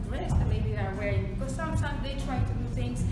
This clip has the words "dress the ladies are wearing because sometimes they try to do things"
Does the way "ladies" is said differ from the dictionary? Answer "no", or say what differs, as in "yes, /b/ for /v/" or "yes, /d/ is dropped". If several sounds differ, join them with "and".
yes, /z/ is dropped